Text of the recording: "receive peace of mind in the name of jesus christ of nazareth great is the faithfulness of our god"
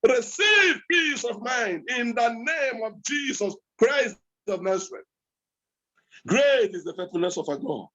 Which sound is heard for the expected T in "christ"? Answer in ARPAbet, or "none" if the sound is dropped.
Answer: none